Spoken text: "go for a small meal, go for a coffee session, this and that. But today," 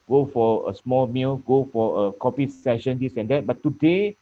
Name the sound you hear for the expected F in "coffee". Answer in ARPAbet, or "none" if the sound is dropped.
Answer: P